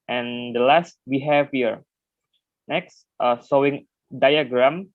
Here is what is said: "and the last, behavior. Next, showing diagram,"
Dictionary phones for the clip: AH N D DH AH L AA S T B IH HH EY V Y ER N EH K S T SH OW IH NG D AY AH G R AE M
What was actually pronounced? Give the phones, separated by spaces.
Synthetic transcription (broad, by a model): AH N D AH L AA S T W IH HH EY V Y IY N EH K S T S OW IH NG D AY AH G R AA M